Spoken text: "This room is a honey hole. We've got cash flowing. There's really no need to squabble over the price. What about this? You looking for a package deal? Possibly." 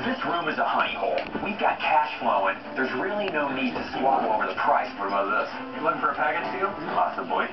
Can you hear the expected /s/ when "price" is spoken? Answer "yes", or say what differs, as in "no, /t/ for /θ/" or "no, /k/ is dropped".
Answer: yes